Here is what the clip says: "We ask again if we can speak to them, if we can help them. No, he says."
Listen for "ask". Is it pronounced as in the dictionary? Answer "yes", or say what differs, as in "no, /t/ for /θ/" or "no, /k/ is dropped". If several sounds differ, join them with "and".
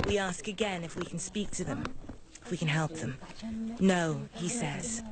yes